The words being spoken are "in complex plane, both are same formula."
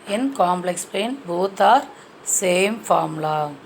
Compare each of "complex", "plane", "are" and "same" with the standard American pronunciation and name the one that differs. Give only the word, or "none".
plane